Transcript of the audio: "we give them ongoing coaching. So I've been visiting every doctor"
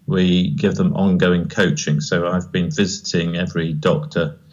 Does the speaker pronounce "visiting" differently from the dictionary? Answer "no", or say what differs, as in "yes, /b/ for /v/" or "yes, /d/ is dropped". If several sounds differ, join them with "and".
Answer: no